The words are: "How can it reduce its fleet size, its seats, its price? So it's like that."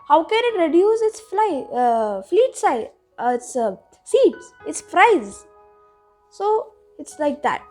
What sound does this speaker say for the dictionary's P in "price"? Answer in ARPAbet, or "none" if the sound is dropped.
F